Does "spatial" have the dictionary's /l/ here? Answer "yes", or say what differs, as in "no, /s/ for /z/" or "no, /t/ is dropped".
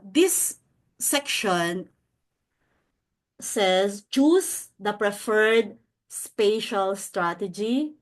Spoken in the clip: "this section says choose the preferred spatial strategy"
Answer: yes